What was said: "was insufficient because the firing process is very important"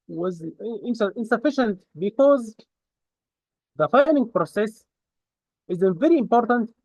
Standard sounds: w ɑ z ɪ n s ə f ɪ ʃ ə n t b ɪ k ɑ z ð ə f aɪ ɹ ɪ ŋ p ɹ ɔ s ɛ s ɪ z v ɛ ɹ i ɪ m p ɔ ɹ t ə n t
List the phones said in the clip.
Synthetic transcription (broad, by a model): w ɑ z ɪ n s ə f ɪ ʃ ə n t b ɪ k ɑ z ð ə f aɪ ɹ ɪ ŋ p ɹ ɔ s ɛ s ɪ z v ɛ ɹ i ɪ m p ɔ ɹ t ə n t